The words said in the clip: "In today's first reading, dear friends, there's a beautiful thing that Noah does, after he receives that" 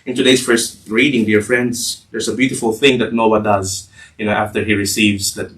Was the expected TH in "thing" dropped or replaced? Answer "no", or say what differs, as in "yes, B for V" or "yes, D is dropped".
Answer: no